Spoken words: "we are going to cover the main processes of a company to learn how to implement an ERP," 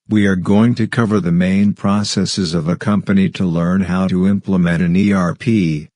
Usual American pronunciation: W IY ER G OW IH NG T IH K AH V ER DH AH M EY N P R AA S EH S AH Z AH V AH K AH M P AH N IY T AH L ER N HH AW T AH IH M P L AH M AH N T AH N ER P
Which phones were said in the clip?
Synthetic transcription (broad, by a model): W IY ER G OW IH NG T IH K AH V ER DH AH M EY N P R AA S EH S AH Z AH V AH K AH M P AH N IY T AH L ER N HH AW T AH IH M P L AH M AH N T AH N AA P